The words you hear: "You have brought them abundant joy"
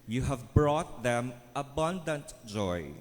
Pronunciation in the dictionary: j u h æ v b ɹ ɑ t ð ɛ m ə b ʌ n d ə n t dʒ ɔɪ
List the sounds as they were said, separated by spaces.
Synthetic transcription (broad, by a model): j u h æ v b ɹ ɑ t ð ɛ m ə b ʌ n d ə n t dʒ ɔɪ